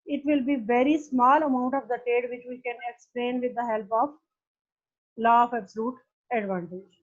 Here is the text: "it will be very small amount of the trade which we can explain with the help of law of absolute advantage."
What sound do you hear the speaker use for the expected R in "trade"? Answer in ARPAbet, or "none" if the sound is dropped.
none